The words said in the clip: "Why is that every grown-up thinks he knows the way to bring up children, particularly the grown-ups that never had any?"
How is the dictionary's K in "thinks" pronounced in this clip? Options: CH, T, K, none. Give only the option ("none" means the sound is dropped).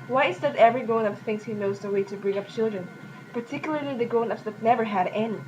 none